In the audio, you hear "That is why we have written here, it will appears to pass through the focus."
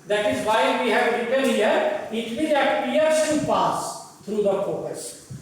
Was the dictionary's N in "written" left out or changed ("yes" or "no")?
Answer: yes